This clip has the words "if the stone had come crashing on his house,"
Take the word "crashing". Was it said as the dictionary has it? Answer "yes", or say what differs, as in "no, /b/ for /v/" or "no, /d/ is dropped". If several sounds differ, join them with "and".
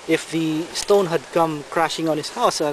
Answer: yes